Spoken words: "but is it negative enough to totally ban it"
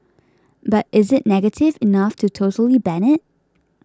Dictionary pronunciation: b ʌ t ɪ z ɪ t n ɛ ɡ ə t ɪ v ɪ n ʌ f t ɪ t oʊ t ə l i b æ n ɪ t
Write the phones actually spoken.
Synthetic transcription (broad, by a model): b ʌ t ɪ z ɪ t n ɛ ɡ ə t ɪ v ɪ n ʌ f t ɪ t oʊ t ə l i b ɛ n ɪ t